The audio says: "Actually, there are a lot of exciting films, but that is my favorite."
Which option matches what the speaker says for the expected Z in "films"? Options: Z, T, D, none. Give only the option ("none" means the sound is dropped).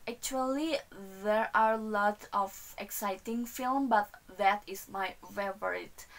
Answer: none